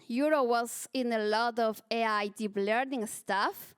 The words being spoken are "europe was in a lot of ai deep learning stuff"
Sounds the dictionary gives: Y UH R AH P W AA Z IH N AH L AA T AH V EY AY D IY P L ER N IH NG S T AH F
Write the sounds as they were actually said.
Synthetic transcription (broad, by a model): Y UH R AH W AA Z IH N AH L AA T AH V EY AY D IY B L ER N IH NG S T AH F